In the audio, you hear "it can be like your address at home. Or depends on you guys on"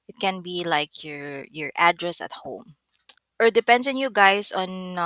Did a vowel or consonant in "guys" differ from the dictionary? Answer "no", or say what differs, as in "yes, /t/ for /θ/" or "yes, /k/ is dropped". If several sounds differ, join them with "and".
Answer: yes, /s/ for /z/